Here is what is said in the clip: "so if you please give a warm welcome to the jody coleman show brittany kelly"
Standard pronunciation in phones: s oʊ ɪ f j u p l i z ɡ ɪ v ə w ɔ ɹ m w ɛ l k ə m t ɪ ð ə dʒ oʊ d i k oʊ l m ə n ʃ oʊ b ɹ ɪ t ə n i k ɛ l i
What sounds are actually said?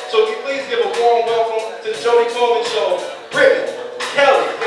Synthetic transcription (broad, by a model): s oʊ ɪ f j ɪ p l i z ɡ ɪ v ə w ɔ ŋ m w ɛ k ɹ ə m t ɪ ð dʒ oʊ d i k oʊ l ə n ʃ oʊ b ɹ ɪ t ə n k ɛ l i